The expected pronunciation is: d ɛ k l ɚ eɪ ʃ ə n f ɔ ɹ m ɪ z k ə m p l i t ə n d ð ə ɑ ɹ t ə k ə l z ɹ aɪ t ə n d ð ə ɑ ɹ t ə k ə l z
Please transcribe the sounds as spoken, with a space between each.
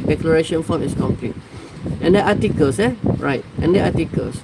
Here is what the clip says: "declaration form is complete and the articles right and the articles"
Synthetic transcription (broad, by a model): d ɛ k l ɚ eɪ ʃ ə n f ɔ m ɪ s k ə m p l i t ə n d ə ɑ t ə k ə l s ɹ aɪ t ə n d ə ɑ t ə k ə l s